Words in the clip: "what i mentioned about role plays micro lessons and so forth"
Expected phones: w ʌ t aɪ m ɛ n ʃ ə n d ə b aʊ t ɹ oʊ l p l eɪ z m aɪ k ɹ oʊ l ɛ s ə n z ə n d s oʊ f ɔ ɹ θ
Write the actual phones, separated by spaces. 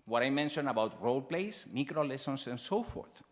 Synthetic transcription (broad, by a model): w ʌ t aɪ m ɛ n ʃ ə n ə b aʊ t ɹ oʊ l p l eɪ s m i k ɹ oʊ l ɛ s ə n s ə n s oʊ f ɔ ɹ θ